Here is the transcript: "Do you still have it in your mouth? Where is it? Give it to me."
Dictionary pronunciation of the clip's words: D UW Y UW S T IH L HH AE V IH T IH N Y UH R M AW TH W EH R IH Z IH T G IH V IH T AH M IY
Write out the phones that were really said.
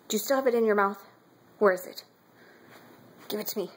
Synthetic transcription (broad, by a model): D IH Y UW S T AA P IH T IH N Y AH R M AW TH W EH R IH Z IH T G IH V IH T AH M IY